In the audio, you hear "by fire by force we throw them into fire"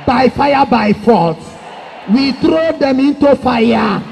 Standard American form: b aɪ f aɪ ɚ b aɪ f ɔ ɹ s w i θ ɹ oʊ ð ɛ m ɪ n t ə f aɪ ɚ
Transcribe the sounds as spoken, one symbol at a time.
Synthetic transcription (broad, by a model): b aɪ f aɪ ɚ b aɪ f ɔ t w i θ ɹ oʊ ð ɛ m ɪ n t ə f aɪ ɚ